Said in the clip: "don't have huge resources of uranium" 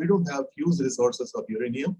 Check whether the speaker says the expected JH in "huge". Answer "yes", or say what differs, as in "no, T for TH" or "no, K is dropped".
no, Z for JH